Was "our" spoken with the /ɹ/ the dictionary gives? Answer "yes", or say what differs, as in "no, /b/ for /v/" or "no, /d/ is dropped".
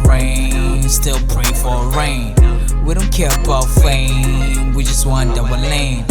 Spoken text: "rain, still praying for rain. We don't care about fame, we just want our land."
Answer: no, /w/ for /ɹ/